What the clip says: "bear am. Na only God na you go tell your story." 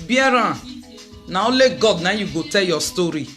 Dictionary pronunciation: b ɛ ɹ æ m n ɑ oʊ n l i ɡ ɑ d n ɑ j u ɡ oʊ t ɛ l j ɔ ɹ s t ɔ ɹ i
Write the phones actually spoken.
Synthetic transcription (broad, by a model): b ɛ ɹ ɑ n ɑ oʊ l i ɡ ɑ d n ɑ j u ɡ oʊ t ɛ l j ɔ s t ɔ ɹ i